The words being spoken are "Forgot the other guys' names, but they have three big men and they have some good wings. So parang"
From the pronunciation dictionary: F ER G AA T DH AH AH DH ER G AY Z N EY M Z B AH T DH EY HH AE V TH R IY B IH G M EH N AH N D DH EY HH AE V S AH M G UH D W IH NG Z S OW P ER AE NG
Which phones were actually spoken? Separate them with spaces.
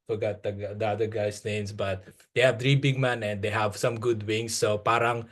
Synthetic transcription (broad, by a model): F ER G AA T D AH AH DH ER G AY S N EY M S B AH T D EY HH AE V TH R IY B IH G M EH N AH N D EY HH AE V S AH M G UH D W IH NG S OW P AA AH NG